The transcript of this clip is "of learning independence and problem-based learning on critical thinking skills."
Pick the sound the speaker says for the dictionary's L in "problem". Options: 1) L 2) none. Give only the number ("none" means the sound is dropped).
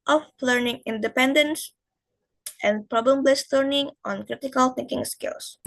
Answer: 1